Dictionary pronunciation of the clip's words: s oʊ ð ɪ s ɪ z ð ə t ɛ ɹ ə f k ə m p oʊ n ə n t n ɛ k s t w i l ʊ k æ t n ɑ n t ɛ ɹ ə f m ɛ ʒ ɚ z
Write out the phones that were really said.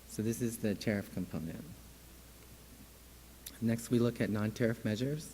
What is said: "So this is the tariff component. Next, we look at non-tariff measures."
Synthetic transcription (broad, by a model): s oʊ ð ɪ s ɪ z ð ə t ɛ ɹ ə f k ə m p oʊ n ə n t n ɛ k s t w i l ʊ k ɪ t n ɑ n t ɛ ɹ ə f m ɛ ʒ ɚ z